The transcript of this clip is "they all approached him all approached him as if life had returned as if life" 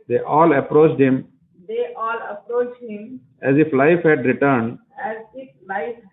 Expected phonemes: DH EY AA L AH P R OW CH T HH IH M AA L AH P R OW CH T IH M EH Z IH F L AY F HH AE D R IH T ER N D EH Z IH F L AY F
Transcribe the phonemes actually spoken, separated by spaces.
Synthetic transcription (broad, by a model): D EY AA L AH P R OW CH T HH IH M AA L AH P R OW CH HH IH M EH Z IH F L AY F HH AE D R IH T ER N D EH Z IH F L AY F